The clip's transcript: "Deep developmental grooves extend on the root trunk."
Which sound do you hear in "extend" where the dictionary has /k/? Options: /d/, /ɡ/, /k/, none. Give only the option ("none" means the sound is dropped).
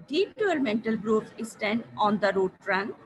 none